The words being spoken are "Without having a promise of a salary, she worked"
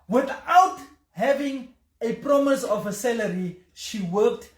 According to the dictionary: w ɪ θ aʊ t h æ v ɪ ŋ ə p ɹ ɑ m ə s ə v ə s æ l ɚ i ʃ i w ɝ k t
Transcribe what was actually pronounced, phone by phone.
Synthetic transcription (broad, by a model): w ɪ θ aʊ t h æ v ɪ ŋ ə p ɹ ɑ m ə s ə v ə s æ l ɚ i ʃ i w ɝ k t